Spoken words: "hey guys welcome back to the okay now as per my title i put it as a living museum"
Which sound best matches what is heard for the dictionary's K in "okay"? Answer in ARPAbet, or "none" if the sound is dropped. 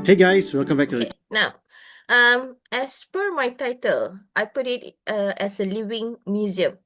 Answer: none